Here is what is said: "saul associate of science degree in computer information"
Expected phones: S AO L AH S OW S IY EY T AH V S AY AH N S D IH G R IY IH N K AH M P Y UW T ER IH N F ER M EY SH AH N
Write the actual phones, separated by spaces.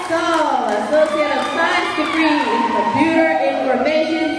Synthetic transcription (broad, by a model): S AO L AH S OW S IY EY T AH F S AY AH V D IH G R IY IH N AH P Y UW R IH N F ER M EY SH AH N